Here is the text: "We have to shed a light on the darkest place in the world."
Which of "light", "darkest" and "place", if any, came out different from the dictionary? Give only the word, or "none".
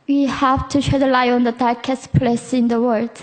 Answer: light